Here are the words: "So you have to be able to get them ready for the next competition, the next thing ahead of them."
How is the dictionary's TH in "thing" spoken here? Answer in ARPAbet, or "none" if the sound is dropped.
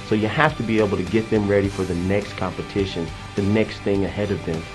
TH